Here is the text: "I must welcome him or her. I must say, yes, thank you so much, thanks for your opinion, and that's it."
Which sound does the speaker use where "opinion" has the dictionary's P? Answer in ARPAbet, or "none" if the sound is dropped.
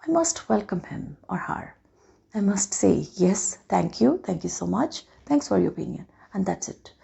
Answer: none